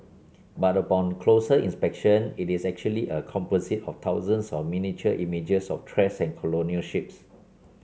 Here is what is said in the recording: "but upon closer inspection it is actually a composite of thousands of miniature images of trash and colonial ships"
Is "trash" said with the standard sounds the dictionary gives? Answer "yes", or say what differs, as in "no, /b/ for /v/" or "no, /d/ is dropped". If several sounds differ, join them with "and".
no, /s/ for /ʃ/